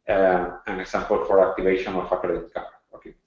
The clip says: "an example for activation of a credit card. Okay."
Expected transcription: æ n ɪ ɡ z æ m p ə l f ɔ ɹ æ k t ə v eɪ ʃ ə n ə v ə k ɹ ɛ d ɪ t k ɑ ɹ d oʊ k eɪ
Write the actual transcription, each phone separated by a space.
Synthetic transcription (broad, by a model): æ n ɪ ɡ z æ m p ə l f ɔ ɹ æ k t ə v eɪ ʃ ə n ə f ə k ɛ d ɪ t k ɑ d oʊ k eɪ